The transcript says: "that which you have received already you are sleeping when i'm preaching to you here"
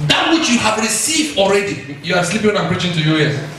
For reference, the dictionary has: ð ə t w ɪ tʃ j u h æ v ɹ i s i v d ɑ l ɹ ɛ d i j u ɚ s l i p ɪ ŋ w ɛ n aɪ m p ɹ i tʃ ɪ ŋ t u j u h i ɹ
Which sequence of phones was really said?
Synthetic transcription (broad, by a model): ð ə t w ɪ tʃ j u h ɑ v ɹ i s i v d ɑ l ɹ ɛ d i j u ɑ s l i p ɪ ŋ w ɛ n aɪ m p ɹ i tʃ ɪ ŋ t u j u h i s